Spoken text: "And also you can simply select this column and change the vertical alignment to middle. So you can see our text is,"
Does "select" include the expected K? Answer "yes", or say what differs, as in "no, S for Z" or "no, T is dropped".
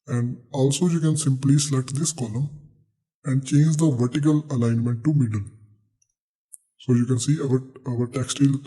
no, K is dropped